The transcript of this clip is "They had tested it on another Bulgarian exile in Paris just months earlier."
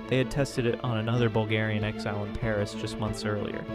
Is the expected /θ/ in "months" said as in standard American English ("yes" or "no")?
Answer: yes